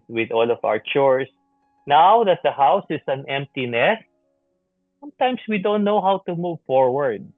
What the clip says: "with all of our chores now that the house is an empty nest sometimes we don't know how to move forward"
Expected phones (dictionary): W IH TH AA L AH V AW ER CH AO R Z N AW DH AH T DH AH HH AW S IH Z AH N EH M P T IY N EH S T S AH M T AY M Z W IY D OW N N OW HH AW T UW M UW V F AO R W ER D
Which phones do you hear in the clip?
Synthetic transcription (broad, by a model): W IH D AA L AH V AW ER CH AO R S N AW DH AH T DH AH HH AW S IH S AH N EH M P T IY N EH S S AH M T AY M S W IY D OW N N OW HH AW T UW M UW V F AO R W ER D